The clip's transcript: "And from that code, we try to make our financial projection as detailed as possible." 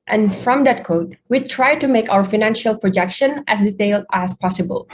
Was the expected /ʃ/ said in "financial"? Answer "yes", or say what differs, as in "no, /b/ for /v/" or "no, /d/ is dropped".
yes